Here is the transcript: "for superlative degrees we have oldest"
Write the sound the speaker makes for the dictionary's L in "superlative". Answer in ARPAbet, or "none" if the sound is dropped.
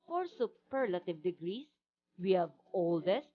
L